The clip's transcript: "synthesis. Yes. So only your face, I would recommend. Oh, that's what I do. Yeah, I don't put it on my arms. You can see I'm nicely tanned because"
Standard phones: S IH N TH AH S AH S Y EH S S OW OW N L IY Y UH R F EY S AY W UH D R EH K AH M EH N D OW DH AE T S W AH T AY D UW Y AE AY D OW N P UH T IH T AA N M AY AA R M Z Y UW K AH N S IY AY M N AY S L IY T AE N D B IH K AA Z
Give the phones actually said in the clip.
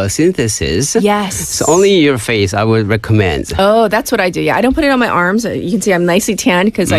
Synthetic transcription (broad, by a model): S IH N TH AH S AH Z Y EH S S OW OW N L IY Y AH R F EY S AY W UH D R EH K AH M EH N D OW DH AE T S W AH T AY D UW Y AE AY D OW N P UH T IH T N M AY AA R M Z Y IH K N S IY AY M N AY S L IY T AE N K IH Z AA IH